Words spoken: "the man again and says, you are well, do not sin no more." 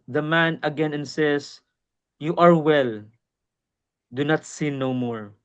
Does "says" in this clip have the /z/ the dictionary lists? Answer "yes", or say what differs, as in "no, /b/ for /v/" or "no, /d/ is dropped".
no, /s/ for /z/